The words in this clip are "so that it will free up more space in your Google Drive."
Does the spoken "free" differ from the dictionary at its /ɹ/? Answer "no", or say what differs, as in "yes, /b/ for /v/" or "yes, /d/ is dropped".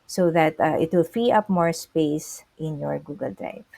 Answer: yes, /ɹ/ is dropped